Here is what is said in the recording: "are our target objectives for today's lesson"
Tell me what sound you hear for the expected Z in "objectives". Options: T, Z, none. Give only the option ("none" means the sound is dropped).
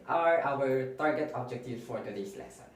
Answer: none